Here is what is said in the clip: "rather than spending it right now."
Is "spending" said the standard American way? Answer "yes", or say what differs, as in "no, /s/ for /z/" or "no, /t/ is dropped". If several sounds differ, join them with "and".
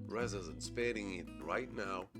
no, /n/ is dropped